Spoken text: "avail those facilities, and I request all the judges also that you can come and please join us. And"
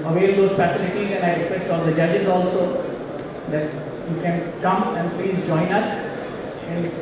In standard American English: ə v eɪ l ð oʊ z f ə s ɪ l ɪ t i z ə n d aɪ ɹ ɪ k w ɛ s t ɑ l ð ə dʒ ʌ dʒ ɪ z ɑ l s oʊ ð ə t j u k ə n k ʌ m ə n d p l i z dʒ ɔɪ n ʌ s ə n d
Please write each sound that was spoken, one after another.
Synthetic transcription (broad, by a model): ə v eɪ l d oʊ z p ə s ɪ n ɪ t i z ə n aɪ ɹ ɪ k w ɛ s t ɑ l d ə dʒ ʌ dʒ ɪ z ɑ l s oʊ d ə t j u k ə n k ʌ m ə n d p l i z dʒ ɔɪ n ʌ s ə n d